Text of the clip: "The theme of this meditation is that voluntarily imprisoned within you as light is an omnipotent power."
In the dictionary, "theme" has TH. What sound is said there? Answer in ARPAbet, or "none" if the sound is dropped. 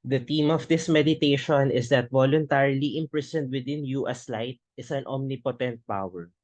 T